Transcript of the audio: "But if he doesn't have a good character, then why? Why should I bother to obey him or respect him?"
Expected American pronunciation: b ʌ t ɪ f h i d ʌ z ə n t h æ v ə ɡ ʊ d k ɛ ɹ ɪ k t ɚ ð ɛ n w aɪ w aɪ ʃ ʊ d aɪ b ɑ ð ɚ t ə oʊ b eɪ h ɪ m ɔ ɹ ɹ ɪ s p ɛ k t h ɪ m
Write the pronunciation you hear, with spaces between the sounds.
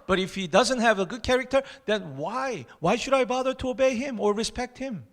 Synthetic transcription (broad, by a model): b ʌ t ɪ f h i d ʌ z ə n t h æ v ə ɡ ʊ d k ɛ ɹ ɪ k t ɚ ð ɛ n w aɪ w aɪ ʃ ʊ d aɪ b ɑ ð ɚ t ə oʊ b eɪ h ɪ m ɔ ɹ ɹ ɪ s p ɛ k t h ɪ m